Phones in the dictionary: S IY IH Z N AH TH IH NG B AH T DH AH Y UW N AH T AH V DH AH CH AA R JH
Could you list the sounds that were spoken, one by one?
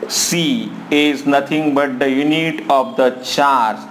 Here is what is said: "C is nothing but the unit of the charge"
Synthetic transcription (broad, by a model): S IY IH Z N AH T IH NG B AH T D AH Y UW N AH T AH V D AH CH AA R